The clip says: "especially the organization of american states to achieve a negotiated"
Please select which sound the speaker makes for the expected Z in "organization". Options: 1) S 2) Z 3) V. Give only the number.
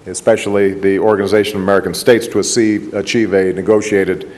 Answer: 2